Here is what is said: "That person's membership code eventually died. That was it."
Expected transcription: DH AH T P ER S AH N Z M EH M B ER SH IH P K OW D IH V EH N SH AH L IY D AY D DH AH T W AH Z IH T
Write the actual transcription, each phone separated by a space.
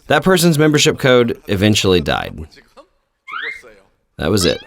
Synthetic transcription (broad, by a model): DH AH T P ER S AH N Z M EH M B ER SH IH P K OW D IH V EH N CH L IY D AY D DH AH T W AH Z IH T